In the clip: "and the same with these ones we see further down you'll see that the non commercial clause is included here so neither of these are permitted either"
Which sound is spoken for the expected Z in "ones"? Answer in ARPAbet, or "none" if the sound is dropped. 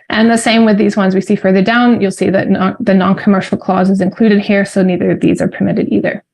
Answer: Z